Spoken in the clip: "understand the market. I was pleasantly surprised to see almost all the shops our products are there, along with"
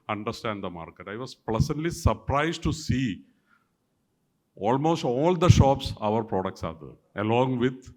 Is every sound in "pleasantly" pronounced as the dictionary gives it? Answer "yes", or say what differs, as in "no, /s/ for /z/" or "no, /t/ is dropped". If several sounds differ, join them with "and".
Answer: no, /s/ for /z/